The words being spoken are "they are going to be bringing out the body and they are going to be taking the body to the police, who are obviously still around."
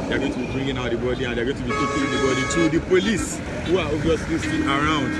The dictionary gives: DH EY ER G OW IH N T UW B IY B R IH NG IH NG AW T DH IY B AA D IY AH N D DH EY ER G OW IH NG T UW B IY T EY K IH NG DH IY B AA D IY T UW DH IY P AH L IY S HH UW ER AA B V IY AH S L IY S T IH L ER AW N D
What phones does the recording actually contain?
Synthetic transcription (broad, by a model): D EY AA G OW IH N T UW B IY B R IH NG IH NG AW T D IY B AA D IY AH N D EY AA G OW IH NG T UW B IY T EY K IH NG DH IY B AA D IY T UW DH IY P AH L IY S HH UW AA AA V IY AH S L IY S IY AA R AW N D